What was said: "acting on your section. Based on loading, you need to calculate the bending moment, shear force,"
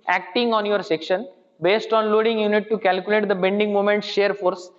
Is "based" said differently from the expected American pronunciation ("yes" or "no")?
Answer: no